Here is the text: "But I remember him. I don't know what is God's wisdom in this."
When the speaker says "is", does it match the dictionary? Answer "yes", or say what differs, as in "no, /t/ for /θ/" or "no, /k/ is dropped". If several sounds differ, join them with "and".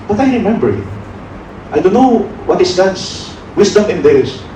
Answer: no, /s/ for /z/